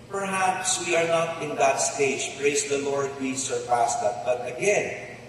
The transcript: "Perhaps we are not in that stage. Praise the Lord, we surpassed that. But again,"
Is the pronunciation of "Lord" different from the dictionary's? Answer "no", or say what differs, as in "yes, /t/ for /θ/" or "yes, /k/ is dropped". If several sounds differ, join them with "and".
no